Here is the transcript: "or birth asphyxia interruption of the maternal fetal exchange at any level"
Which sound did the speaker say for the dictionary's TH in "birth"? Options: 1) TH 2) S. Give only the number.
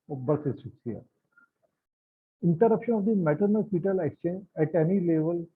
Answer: 2